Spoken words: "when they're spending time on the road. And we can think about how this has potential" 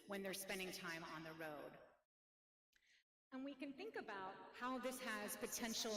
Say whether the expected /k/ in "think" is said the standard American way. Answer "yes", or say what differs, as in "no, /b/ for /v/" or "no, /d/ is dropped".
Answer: yes